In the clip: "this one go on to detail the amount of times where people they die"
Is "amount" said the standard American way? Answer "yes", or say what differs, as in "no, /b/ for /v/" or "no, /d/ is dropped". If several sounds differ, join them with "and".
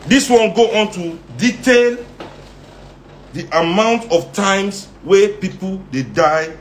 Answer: yes